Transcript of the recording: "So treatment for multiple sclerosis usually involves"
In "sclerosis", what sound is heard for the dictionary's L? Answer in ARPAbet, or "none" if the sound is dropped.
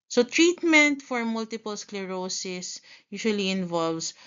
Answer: L